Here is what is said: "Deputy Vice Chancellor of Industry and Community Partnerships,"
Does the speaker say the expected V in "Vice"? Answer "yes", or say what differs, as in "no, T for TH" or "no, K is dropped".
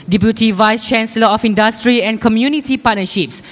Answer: yes